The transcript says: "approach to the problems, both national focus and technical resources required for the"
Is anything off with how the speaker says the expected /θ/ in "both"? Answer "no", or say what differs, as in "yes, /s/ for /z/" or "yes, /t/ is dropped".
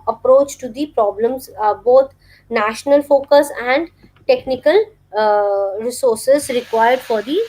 yes, /t/ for /θ/